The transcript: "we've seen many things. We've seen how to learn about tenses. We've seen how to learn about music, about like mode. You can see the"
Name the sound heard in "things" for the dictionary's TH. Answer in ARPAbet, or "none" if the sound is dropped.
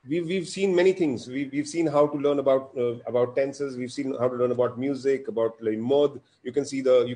T